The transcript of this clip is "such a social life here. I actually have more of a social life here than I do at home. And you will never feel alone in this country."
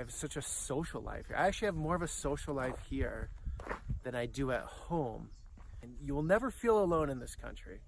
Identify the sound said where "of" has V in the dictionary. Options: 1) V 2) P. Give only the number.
1